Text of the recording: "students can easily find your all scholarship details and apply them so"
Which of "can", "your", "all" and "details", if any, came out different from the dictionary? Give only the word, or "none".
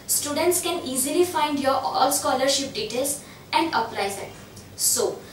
details